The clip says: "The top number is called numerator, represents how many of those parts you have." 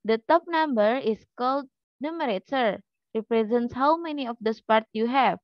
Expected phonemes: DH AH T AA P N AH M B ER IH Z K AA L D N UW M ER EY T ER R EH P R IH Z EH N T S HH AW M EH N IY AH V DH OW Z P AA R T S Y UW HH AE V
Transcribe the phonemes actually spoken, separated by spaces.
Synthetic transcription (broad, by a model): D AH T AA P N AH M B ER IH S K AA L D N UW M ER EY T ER R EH P R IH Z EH N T S HH AW M EH N IY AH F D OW S P AA R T Y UW HH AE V